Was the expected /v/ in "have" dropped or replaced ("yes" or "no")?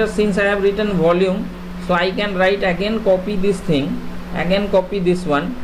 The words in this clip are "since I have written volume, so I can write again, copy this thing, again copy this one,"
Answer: yes